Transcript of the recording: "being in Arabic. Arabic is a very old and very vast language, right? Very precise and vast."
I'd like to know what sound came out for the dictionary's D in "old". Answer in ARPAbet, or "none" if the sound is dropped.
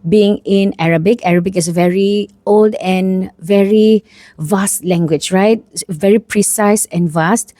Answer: D